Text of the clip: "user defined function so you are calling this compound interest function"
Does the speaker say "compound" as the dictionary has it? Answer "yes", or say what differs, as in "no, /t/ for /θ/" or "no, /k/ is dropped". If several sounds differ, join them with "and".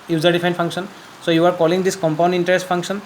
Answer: yes